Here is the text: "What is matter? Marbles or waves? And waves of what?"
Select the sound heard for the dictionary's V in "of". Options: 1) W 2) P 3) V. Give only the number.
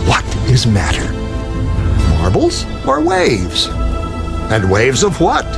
3